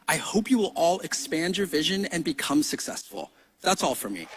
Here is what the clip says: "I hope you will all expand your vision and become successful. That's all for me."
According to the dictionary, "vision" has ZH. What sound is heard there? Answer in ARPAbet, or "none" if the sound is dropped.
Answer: ZH